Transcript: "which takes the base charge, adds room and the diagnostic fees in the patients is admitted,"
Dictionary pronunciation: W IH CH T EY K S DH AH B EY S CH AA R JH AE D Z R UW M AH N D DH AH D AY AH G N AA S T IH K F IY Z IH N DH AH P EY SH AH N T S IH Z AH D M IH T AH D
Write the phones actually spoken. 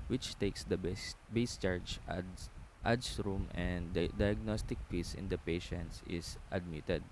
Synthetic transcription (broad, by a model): W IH CH T EY K S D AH B EY S CH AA R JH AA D S R UW M AH N D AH D AY AH G N AA S T IH K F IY S IH N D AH P EY SH AH N T S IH S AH D M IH T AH D